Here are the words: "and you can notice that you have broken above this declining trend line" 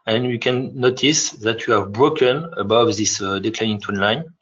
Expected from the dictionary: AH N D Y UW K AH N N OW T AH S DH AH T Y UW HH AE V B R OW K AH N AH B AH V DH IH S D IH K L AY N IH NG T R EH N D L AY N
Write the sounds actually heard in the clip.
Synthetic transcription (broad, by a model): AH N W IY K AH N N OW T AH S DH AH T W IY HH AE V B R OW K AH N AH B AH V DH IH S D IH K L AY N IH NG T AO N L AY N